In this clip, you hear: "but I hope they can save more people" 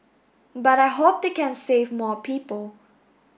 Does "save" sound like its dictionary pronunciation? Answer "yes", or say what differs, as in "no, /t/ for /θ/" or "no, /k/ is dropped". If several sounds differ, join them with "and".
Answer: yes